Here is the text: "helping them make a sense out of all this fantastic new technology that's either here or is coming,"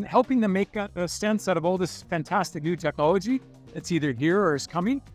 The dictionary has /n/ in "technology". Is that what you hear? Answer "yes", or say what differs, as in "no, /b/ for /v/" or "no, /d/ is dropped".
no, /n/ is dropped